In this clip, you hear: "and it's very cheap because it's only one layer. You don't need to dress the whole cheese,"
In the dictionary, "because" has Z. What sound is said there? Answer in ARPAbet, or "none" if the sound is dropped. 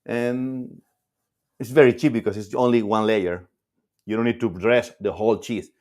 S